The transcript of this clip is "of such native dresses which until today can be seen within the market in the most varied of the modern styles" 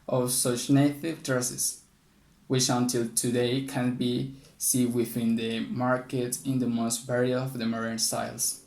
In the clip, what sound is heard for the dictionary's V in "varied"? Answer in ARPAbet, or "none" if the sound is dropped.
B